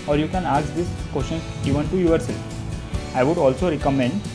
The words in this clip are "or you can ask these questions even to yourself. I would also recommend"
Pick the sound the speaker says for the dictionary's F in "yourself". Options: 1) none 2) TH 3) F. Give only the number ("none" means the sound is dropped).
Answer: 1